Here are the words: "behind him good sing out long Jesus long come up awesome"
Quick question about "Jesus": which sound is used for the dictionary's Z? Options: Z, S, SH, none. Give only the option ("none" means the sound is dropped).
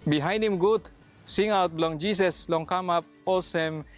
S